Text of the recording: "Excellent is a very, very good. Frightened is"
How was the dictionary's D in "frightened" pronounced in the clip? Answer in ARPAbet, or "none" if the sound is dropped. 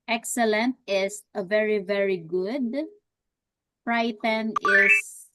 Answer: none